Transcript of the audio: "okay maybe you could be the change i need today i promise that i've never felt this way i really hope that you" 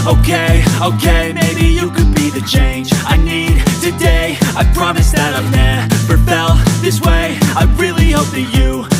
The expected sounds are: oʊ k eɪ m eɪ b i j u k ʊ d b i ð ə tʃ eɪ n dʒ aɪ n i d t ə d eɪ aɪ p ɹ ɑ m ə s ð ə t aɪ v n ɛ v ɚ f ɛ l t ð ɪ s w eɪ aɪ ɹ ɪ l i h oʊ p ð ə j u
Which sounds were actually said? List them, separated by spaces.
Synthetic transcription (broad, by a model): oʊ k eɪ m eɪ b i j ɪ k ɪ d b i ð ə tʃ eɪ n dʒ aɪ n i d t ə d eɪ aɪ p ɹ ɑ m ə s ð ə t aɪ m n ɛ p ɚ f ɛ l ð ɪ s w eɪ aɪ ɹ ɪ l i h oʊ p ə j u